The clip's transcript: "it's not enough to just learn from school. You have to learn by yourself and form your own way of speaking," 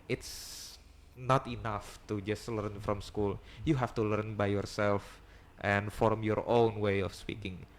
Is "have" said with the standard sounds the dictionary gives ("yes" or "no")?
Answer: no